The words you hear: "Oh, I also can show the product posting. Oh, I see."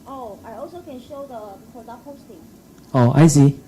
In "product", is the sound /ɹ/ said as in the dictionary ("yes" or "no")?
no